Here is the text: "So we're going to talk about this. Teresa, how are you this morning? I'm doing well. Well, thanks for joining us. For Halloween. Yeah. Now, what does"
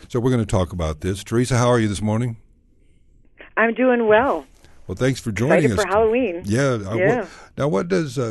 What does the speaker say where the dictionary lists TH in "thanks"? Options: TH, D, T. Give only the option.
TH